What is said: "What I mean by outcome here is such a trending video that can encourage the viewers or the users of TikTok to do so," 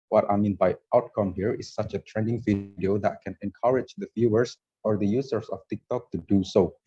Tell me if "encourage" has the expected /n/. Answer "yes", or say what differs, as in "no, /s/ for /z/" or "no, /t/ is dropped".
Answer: yes